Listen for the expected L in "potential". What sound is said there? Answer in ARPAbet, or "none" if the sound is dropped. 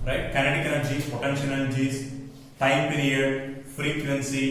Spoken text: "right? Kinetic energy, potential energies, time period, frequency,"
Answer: N